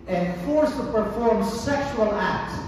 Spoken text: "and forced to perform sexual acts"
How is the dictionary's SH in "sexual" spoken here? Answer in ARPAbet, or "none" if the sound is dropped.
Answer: SH